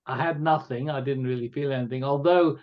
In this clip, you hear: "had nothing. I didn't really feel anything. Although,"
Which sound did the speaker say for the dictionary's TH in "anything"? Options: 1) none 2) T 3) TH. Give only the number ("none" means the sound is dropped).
3